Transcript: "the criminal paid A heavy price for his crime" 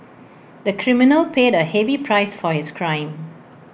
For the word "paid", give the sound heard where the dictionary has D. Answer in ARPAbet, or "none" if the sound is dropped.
D